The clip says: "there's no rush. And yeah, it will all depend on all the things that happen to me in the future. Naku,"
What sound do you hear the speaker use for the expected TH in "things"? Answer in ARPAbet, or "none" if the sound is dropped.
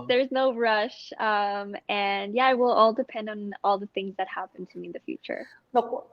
TH